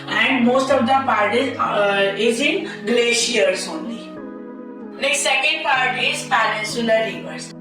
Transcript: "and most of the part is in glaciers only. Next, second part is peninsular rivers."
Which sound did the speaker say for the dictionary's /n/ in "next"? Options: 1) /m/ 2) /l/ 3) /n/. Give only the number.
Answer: 2